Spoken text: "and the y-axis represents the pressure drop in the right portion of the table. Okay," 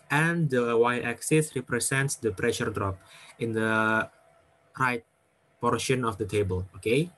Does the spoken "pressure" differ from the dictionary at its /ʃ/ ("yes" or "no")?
no